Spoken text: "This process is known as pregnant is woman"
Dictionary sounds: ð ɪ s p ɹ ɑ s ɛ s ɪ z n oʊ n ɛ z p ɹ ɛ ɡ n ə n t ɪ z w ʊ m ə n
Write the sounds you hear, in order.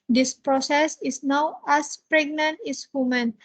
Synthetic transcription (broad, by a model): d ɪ s p ɹ ɑ s ɛ s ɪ s n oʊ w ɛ s p ɹ ɛ ɡ n ə n t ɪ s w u m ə n